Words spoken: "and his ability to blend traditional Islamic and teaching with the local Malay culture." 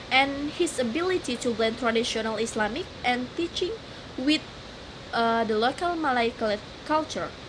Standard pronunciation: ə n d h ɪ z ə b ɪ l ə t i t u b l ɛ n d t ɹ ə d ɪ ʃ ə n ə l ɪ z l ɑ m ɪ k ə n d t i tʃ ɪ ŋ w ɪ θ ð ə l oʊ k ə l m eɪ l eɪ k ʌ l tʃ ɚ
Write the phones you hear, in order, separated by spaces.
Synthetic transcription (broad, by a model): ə n h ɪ s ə b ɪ l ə t i t u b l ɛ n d t ɹ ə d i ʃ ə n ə l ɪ s l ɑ m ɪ k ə n t i tʃ ɪ ŋ w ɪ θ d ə l oʊ k ə l m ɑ l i k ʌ l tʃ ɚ